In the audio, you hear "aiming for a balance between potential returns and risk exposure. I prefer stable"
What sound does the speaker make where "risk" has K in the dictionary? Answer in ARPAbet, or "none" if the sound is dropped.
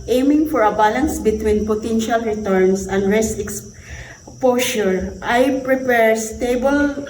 none